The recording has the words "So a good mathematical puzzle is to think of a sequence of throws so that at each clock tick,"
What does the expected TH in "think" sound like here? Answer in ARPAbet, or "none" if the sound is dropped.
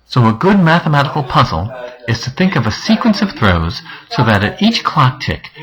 TH